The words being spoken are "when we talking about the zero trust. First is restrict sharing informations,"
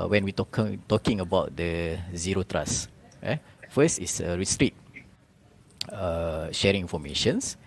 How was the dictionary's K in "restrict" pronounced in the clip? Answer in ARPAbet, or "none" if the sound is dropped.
none